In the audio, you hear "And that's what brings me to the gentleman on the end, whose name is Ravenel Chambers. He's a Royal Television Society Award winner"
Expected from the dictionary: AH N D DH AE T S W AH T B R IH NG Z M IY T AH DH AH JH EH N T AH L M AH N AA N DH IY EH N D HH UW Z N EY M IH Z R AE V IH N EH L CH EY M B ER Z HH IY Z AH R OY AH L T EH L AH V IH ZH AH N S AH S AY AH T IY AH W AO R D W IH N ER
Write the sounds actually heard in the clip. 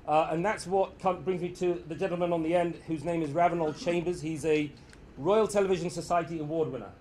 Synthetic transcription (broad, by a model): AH N DH AE T S W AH T B R IH NG Z M IY T AH DH AH JH EH N T L M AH N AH N DH IY EH N D HH UW Z N EY M IH Z R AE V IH N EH L CH EY M B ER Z HH IY Z AH R OY AH L T EH L AH V IH ZH AH N S AH S AY AH T IY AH W AO D W IH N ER